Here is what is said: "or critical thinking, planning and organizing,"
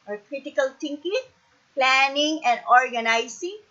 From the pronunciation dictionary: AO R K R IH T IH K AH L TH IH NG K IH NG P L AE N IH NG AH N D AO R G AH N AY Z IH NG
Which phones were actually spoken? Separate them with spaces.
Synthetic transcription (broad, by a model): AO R K R IH T IH K AH L T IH NG K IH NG P L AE N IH NG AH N D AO R G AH N AY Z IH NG